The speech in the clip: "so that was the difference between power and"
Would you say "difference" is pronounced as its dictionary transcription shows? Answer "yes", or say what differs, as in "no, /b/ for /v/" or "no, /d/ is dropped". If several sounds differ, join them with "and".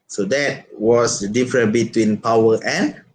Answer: no, /s/ is dropped